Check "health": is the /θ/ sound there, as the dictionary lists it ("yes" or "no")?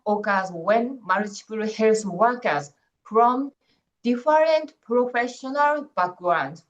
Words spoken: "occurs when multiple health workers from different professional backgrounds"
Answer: no